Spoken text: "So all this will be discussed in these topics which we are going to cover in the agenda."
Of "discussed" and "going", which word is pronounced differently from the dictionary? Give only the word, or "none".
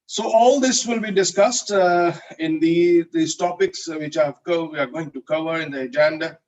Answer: none